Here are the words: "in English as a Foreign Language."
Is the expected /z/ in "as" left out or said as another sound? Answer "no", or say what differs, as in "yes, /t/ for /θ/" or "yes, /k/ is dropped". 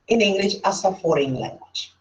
yes, /s/ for /z/